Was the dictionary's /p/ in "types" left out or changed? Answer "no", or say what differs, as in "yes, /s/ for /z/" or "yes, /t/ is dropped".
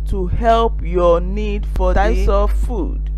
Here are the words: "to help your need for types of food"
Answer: yes, /p/ is dropped